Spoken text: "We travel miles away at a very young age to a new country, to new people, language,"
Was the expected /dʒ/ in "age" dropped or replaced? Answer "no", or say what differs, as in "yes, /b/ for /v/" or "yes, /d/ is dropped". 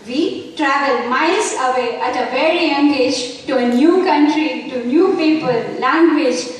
no